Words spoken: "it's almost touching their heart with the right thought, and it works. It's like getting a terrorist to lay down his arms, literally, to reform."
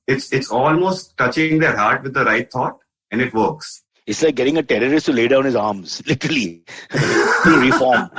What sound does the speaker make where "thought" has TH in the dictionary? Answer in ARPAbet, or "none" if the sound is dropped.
T